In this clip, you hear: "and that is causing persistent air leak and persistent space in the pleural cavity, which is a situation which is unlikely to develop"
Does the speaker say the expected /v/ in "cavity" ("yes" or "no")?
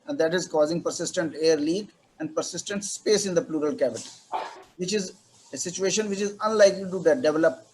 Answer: no